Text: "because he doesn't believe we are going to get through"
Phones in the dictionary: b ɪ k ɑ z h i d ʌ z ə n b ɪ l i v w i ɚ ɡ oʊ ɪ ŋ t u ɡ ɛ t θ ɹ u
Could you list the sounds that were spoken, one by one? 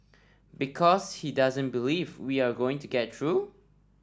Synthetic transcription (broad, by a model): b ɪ k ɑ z h i d ʌ z ə n b ɪ l i v w i ɚ ɡ oʊ ɪ ŋ t u ɡ ɛ t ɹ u